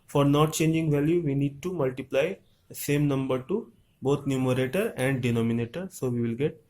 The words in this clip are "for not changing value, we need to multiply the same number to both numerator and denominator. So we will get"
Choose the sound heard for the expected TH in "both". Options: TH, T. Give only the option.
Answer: T